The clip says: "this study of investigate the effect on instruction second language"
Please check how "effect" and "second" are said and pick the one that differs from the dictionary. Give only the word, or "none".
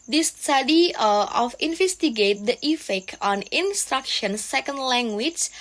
effect